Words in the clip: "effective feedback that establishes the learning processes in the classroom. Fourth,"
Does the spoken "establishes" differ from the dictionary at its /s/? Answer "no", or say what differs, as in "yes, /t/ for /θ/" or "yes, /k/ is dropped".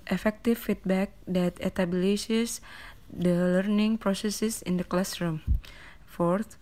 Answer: yes, /s/ is dropped